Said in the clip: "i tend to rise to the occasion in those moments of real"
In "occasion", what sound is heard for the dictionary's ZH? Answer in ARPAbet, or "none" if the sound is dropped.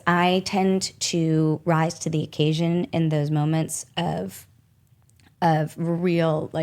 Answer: ZH